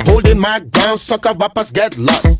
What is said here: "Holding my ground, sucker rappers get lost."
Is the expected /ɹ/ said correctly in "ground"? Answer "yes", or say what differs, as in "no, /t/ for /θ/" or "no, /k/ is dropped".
no, /ɹ/ is dropped